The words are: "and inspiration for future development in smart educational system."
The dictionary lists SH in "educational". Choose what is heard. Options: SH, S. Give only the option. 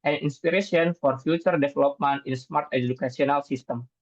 S